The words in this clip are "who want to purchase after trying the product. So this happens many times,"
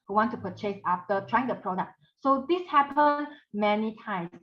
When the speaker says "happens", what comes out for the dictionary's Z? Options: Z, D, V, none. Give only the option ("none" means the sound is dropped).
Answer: none